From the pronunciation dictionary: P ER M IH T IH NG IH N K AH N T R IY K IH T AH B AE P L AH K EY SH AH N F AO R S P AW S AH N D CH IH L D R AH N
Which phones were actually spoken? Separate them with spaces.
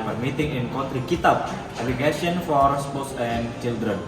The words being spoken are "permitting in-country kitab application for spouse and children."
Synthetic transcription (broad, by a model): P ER M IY T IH NG IH N K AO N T R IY K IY T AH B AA L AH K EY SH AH N F AO R S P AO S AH N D CH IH L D R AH N